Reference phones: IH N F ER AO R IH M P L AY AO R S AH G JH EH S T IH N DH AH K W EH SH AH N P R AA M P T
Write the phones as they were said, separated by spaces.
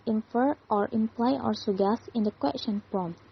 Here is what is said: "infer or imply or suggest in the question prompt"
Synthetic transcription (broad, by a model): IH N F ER AO R IH M P L AY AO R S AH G EH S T IH N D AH K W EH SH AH N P R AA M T